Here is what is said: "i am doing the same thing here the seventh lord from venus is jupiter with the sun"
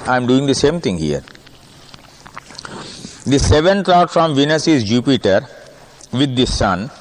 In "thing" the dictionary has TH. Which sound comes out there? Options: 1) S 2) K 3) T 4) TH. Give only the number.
3